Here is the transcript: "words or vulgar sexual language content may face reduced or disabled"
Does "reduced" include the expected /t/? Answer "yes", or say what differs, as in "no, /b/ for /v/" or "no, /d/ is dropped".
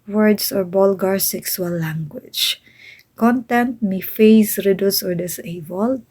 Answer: no, /t/ is dropped